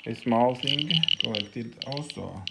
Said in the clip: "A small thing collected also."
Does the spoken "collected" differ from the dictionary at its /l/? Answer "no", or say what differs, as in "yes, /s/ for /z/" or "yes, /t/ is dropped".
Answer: yes, /l/ is dropped